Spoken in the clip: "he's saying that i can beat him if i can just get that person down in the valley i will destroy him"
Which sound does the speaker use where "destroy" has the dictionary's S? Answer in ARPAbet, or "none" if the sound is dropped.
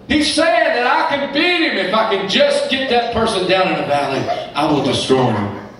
S